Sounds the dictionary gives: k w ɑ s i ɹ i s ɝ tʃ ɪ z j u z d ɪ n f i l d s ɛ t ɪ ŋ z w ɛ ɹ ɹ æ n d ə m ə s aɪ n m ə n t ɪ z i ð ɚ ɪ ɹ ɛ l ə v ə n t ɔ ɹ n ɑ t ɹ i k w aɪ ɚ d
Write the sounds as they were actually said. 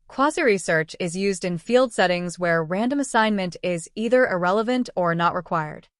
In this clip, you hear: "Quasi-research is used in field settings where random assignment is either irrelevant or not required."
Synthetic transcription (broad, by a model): k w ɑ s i ɹ i s ɝ tʃ ɪ z j u z d ɪ n f i l d s ɛ t ɪ ŋ z w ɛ ɹ ɹ æ n d ə m ə s aɪ n m ə n t ɪ z i ð ɚ ɪ ɹ ɛ l ə v ə n t ɔ ɹ n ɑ t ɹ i k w aɪ ɚ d